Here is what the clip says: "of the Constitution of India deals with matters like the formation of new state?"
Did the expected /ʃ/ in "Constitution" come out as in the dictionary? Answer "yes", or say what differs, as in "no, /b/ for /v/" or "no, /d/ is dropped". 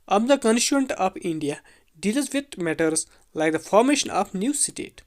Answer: no, /ʃ/ is dropped